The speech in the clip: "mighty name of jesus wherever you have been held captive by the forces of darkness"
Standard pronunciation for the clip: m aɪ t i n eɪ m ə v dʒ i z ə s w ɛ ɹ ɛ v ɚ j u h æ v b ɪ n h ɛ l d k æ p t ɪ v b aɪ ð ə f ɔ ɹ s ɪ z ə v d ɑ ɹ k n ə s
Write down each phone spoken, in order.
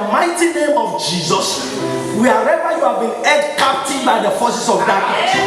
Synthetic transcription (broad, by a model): m aɪ t i n eɪ m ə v dʒ i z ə s w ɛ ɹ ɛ v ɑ j u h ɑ v b ɪ n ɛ d k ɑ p t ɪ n b aɪ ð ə f ɔ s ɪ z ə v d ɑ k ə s